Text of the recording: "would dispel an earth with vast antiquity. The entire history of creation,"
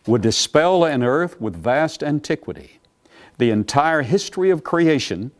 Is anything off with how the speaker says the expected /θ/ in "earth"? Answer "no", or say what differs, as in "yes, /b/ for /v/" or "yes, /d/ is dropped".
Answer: no